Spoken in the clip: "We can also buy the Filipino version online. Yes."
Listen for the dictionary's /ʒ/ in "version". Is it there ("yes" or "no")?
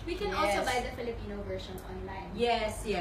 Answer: no